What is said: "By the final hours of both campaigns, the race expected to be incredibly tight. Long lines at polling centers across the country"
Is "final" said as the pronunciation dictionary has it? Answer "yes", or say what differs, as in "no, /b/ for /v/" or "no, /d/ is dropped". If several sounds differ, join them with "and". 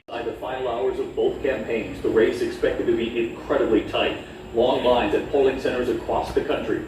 no, /n/ is dropped